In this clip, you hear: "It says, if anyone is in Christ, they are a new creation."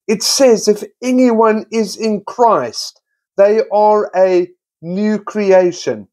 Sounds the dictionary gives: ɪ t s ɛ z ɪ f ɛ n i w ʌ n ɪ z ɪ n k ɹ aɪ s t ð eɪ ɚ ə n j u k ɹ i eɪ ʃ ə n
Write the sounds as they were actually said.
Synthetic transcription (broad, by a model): ɪ t s ɛ z ɪ f ɛ n i w ʌ n ɪ z ɪ n k ɹ aɪ s t ð eɪ ɚ ə n j u k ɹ i eɪ ʃ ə n